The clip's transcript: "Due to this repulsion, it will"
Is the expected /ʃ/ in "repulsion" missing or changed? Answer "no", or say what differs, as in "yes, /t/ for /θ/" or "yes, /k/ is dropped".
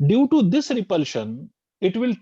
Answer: no